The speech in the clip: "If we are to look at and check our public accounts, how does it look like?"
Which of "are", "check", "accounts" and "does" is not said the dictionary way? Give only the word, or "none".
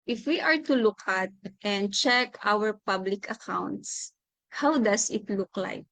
does